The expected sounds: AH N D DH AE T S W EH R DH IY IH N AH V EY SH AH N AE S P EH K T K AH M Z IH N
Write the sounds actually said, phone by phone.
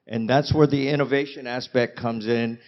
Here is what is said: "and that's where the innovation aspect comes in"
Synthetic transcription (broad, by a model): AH N DH AE T S W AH R DH IY IH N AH V EY SH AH N AE S P EH K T K AH M Z IH N